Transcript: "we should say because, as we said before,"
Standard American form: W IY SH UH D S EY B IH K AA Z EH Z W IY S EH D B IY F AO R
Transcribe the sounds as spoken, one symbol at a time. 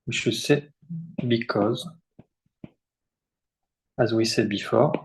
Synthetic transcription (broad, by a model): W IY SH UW S EY B IH K AA Z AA Z W IY S EH D B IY F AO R